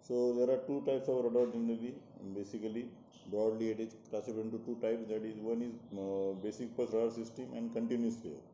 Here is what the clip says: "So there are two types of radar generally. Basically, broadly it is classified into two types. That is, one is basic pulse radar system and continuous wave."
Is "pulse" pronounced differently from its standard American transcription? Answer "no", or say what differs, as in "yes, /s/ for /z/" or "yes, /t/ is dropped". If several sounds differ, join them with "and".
yes, /l/ is dropped